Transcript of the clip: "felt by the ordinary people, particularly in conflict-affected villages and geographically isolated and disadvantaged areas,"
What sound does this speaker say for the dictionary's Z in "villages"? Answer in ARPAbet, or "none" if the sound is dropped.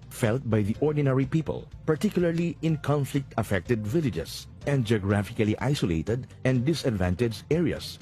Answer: S